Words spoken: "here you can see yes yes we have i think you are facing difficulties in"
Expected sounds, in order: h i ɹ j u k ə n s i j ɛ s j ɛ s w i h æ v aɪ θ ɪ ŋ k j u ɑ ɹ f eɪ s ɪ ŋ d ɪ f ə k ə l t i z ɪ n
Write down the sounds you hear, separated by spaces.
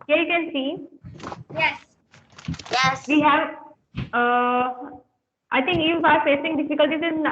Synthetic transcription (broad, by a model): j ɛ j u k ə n s i j ɛ s j ɛ s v i h æ v aɪ t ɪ ŋ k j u ɑ ɹ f eɪ s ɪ ŋ d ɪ f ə k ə l t i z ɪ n